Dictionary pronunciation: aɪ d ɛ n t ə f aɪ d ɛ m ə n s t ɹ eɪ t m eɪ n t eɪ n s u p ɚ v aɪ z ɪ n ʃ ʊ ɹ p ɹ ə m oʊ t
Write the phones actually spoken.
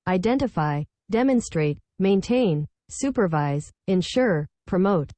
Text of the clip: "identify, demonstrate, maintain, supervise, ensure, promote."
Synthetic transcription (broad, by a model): aɪ d ɛ n t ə f aɪ d ɛ m ə n s t ɹ eɪ t m eɪ n t eɪ n s u p ɚ v aɪ z ɪ n ʃ ʊ ɹ p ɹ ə m oʊ t